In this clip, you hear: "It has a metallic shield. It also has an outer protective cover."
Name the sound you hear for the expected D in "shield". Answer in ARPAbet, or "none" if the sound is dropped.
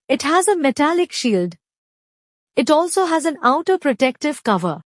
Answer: D